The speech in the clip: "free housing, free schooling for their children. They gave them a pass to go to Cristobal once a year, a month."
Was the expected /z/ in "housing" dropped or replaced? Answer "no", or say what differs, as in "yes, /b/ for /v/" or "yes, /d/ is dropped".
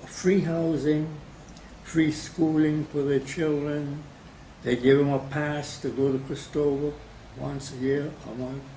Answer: no